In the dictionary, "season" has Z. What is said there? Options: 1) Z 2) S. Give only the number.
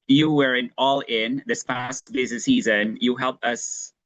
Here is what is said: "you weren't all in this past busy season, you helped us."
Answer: 1